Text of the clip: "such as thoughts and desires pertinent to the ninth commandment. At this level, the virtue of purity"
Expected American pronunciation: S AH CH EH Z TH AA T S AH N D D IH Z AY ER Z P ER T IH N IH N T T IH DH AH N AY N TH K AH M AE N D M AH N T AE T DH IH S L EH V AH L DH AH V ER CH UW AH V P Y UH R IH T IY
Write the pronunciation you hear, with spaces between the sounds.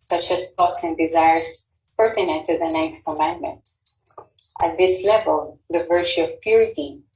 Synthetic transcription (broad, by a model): S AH CH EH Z T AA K S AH N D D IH Z AY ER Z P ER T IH N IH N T T IH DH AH N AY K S K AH M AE N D M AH N T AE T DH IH S L EH V AH L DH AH V ER CH UW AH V P Y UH R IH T IY